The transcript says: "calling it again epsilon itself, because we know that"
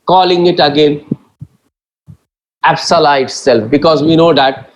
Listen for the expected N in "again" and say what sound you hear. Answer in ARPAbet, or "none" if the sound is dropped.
N